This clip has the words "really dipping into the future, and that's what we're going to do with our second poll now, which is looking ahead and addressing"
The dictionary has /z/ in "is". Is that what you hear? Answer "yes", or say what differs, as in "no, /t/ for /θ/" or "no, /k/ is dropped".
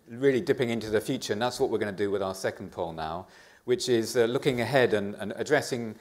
yes